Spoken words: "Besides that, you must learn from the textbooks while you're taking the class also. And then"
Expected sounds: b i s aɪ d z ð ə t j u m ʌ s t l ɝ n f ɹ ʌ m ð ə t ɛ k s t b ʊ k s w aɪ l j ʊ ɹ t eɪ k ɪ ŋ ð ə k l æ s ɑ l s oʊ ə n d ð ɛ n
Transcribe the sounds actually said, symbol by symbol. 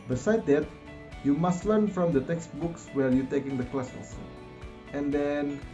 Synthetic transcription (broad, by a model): b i s aɪ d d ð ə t j u m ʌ s t l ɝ n f ɹ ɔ m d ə t ɛ k s t b ʊ k s w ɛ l j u t eɪ k ɪ ŋ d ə k l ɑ s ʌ s ə n d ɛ n